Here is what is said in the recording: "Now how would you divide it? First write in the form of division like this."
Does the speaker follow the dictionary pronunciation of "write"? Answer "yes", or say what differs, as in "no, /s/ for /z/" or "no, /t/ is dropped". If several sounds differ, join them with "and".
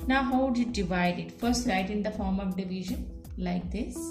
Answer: no, /l/ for /ɹ/